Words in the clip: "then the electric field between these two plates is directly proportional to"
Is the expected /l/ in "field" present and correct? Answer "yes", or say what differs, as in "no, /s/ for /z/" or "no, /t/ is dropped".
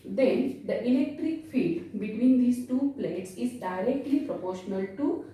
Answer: no, /l/ is dropped